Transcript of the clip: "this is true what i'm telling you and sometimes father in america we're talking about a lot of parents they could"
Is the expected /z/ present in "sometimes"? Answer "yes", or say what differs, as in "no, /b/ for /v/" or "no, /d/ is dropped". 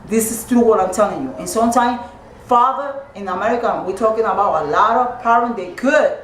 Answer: no, /z/ is dropped